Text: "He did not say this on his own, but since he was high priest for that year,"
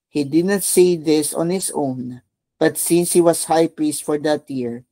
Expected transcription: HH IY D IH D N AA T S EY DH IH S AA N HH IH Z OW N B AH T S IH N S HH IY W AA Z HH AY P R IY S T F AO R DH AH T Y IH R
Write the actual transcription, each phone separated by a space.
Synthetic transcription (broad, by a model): HH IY D IH D N AA T S EY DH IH S AA N HH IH S OW N B AH T S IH N S HH IY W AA S HH AY P R IY S T F AO R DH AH T Y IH R